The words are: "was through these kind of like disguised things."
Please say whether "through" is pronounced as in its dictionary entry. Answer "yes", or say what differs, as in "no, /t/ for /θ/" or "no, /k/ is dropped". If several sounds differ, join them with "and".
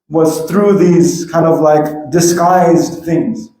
yes